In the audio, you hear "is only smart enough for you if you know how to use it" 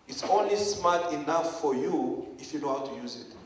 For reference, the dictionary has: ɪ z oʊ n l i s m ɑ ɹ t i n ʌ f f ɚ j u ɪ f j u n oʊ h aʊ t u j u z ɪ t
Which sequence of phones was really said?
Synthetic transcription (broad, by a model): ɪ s oʊ n l i s m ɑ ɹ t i n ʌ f f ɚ j u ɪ f j u n oʊ h aʊ t u j u z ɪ t